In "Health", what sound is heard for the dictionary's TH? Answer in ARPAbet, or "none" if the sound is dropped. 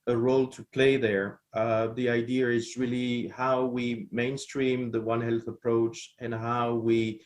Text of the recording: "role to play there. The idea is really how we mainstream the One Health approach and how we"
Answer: TH